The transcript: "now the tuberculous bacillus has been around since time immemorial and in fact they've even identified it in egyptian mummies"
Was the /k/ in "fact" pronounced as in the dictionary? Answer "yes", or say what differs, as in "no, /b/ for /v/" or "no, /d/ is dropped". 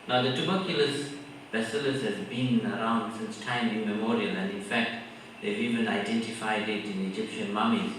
yes